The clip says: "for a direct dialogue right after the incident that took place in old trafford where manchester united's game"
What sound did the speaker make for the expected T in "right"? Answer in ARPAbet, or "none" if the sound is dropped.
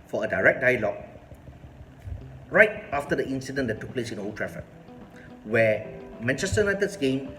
T